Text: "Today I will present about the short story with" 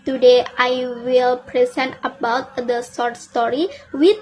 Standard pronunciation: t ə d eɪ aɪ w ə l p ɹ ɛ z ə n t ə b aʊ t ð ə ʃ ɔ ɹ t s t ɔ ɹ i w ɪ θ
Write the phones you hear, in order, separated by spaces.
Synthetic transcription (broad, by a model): t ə d eɪ aɪ w ə l p ɹ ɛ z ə n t ə b aʊ t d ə s ɔ ɹ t s t ɔ ɹ i w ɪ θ